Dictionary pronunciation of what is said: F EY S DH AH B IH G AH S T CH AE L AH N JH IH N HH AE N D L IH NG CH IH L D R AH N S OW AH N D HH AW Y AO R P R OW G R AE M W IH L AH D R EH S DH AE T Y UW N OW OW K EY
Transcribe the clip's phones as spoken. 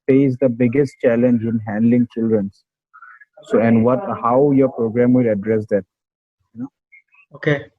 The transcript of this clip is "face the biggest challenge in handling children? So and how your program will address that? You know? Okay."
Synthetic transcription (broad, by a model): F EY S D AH B IH G AH S T CH AE L AH N JH IH N HH AE N D L IH NG CH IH L D R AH N S OW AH N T HH AW Y AO R P R OW G R AE M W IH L AH D R EH S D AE T Y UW N OW OW K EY